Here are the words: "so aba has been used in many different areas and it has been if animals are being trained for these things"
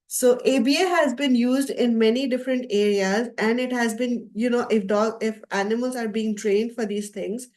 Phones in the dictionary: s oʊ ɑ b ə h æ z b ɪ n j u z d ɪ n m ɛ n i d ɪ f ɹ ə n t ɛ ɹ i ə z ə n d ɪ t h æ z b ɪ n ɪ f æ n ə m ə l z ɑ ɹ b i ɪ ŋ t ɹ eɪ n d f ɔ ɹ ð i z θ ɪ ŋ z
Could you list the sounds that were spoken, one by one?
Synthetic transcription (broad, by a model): s oʊ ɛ b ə h æ z b ɪ n j u z d ɪ n m ɛ n i d ɪ f ɹ ə n t ɛ ɹ i ə z ə n d ɪ t h æ z b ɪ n ɪ f æ n ə m ə l z ɑ ɹ b i ɪ ŋ t ɹ eɪ n d f ɔ ɹ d i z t ɪ ŋ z